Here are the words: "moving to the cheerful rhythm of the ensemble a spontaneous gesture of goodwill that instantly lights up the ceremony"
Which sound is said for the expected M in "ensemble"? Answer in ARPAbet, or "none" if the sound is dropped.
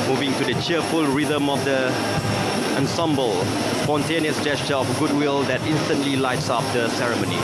M